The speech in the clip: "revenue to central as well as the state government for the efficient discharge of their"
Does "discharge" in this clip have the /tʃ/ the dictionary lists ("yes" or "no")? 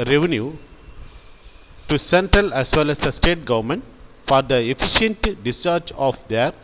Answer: no